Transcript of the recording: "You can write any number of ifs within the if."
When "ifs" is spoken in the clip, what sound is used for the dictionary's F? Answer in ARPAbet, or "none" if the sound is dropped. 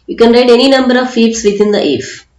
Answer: P